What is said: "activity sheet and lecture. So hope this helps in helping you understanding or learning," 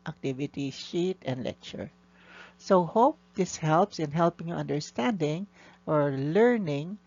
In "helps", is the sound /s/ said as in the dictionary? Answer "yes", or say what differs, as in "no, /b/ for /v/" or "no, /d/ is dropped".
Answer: yes